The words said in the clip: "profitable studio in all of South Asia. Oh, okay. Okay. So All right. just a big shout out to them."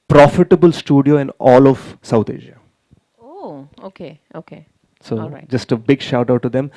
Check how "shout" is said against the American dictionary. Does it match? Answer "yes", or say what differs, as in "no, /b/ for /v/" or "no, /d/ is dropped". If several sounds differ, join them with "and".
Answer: yes